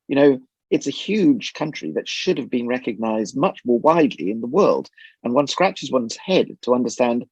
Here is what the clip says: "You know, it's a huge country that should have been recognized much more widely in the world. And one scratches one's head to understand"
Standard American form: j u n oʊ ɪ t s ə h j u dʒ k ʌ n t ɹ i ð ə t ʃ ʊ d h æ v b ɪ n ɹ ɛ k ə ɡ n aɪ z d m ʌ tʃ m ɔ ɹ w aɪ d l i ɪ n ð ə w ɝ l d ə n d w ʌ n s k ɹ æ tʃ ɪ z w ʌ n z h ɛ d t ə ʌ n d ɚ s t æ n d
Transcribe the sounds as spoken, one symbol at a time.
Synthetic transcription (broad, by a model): j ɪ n oʊ ɪ t s ə h j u ʒ k ʌ n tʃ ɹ i ð ə t ʃ ʊ d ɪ v b ɪ n ɹ ɛ k ə ɡ n aɪ z d m ʌ tʃ m ɔ ɹ w aɪ d l i ɪ n ð ə w ɝ l d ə n w ʌ n s k ɹ æ tʃ ɪ z w ʌ n z h ɛ d t ə ʌ n d ɚ s t æ n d